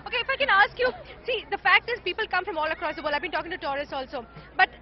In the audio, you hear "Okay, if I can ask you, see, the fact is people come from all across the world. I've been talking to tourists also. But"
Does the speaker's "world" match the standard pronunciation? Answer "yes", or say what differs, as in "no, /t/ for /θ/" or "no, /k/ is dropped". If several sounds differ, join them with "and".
no, /l/ is dropped